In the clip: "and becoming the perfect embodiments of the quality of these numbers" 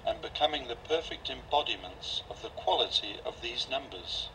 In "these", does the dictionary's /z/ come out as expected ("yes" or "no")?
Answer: yes